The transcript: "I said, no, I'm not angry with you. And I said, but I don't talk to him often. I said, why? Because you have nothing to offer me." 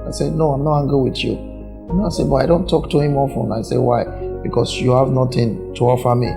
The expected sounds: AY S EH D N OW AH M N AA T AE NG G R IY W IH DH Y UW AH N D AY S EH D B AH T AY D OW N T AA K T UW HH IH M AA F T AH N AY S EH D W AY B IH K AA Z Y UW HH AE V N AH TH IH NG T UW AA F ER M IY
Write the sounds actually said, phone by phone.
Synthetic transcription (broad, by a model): AY S EH D N OW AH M N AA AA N G IY W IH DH Y UW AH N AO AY S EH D B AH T AY D OW N T AA K T UW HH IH M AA F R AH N AY S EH W AY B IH K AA S Y UW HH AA V N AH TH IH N T UW AA F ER M IY